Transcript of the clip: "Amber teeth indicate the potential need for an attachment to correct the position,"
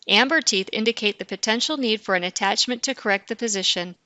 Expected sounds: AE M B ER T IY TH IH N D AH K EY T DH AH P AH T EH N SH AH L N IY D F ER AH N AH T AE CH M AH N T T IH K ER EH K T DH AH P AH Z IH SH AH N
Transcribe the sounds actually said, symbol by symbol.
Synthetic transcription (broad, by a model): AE M B ER T IY TH IH N D AH K EY T DH AH P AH T EH N SH L N IY D F ER AH N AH T AE CH M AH N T T IH K ER EH K T DH AH P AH Z IH SH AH N